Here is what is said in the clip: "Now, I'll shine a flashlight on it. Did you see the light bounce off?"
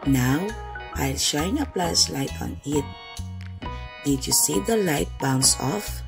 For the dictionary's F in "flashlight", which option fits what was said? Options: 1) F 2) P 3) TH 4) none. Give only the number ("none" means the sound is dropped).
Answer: 2